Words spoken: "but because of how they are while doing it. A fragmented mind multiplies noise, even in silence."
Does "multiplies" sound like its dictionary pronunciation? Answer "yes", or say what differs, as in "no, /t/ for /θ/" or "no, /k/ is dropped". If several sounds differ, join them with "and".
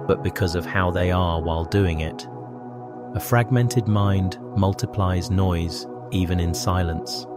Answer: yes